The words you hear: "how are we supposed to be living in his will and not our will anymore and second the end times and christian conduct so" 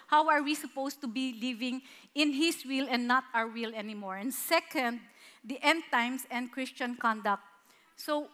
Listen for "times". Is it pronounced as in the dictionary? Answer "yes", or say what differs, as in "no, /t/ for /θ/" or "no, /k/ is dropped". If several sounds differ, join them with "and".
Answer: no, /s/ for /z/